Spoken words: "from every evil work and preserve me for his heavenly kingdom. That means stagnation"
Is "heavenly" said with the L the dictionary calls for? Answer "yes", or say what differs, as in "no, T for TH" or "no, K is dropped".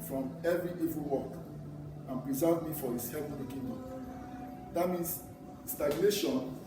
no, L is dropped